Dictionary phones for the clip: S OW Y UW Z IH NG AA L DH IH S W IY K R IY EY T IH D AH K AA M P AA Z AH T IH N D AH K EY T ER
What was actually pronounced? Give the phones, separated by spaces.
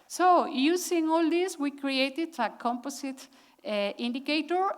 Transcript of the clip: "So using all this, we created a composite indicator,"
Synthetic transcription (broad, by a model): S OW Y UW S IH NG AA L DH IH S W IY K R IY EY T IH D AH K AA M P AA S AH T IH N D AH K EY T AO